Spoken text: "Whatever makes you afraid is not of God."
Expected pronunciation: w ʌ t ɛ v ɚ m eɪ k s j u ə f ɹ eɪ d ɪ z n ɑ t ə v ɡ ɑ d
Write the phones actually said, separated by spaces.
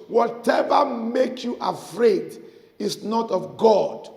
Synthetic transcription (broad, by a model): w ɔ t ɛ v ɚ m eɪ k j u ə f ɹ eɪ d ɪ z n ɑ t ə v ɡ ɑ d